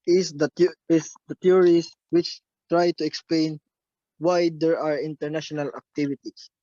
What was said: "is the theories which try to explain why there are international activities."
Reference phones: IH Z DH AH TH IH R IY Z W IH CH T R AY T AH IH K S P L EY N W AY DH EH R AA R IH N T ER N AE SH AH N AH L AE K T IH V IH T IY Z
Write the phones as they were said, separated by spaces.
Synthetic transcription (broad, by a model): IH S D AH S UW R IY S W IH CH T R AY T AH IH K S P L EY N W AY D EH R AA R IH N T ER N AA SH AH N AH L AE K T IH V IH T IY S